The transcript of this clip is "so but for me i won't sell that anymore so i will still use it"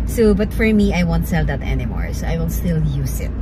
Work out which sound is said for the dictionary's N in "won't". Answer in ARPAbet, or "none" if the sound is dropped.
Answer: N